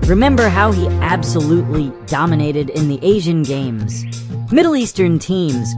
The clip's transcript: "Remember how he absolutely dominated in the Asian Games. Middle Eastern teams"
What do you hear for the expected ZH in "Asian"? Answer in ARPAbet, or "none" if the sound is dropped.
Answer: ZH